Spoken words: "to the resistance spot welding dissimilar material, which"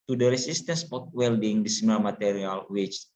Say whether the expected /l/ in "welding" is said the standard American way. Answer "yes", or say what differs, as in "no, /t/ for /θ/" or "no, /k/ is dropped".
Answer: yes